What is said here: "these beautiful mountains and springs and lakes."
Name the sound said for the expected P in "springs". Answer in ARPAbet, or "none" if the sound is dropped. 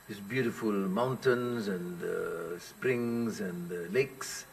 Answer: P